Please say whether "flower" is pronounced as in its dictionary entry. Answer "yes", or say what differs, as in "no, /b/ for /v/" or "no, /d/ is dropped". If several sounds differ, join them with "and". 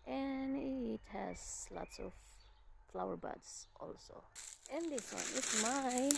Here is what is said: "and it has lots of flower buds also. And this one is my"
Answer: yes